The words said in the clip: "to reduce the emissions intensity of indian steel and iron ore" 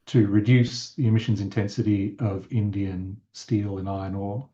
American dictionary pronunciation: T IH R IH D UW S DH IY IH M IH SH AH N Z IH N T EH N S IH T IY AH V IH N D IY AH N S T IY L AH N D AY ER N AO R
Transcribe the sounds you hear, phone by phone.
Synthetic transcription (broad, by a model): T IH R IH D UW S DH IY IH M IH SH AH N Z IH N T EH N S IH T IY AH V IH N D IY AH N S T IY L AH N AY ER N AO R